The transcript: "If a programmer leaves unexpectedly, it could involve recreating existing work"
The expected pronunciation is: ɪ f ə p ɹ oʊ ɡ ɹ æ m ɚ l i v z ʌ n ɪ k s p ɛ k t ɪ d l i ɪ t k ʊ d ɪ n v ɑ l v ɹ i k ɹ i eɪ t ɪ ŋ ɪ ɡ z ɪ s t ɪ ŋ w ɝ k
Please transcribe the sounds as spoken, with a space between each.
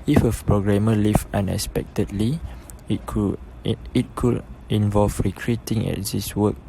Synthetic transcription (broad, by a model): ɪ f ə p ɹ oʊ ɡ ɹ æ m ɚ l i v ʌ n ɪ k s p ɛ k t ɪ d l i ɪ t k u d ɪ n v ɑ l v ɹ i k ɹ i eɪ t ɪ ŋ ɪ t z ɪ s w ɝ k